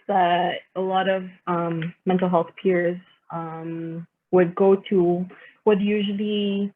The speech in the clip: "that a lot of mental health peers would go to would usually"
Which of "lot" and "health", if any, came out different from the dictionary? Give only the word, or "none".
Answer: none